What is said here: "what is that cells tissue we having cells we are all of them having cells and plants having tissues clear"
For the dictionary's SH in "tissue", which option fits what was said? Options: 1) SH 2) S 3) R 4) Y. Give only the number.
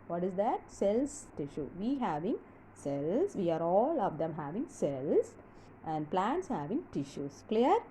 1